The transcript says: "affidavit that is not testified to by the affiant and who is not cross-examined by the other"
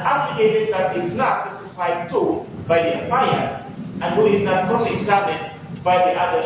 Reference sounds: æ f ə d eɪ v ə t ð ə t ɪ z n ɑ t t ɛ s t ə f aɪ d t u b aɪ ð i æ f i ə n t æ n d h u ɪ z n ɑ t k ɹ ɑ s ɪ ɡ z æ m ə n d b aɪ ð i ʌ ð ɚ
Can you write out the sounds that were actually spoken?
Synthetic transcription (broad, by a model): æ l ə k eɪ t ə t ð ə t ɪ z n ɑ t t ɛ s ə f aɪ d t u b aɪ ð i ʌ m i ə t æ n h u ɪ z n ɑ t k ɑ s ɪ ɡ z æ m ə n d b aɪ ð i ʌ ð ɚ